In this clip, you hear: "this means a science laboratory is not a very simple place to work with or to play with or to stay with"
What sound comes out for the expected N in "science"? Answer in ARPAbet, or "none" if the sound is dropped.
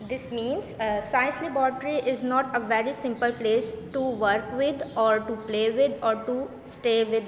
none